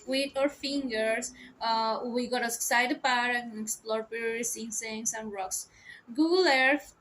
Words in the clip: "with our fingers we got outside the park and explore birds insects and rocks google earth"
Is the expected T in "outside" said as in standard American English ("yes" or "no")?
no